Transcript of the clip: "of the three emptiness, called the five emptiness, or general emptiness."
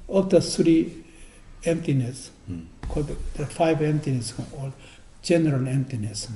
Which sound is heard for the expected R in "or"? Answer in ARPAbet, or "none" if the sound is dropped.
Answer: L